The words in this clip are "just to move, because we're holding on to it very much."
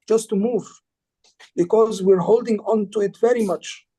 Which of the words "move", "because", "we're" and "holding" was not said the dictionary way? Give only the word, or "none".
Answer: none